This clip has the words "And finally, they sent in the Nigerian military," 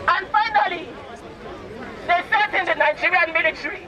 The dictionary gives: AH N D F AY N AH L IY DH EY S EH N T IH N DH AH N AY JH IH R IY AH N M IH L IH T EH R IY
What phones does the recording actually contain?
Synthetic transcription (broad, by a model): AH N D F AY N AH L IY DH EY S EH T IH N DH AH N AY JH IH R IY AH N M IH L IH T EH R IY